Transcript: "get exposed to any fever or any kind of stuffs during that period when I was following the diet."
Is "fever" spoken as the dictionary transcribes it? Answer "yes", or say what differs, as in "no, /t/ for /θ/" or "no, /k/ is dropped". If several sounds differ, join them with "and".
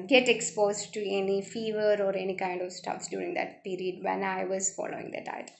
yes